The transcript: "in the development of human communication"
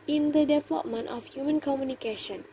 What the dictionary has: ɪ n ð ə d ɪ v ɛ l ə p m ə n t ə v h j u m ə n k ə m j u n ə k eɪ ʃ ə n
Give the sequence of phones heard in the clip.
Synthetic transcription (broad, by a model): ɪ n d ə d ɪ v ɛ l ə p m ə n t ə f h j u m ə n k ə m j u n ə k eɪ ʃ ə n